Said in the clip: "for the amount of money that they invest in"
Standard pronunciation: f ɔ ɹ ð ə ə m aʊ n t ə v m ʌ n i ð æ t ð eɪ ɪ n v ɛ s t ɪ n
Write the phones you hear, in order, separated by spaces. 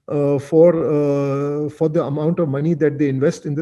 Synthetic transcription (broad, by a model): f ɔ ɹ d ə ə m aʊ n t ə v m ʌ n i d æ t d eɪ ɪ n v ɛ s t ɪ n